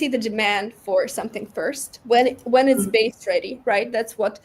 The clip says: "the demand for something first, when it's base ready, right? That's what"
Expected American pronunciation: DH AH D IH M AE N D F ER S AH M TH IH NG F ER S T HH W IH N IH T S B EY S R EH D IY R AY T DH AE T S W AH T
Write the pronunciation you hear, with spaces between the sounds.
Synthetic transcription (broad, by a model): DH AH D IH M AE N D F ER S AH M TH IH NG F ER S T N W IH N IH T S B EY S R EH D IY R AY T DH AE T S W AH T